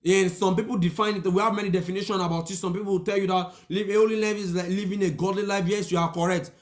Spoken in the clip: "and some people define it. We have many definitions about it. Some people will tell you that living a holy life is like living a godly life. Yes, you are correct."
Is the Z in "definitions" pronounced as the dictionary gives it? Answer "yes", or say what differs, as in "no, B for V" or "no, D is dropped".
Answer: no, Z is dropped